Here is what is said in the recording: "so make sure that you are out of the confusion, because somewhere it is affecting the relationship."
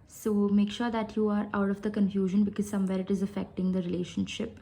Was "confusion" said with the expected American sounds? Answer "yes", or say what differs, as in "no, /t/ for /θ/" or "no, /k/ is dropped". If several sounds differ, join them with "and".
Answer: yes